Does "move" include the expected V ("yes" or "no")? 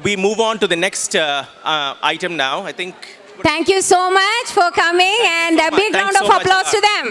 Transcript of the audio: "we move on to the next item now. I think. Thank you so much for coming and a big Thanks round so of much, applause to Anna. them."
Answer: yes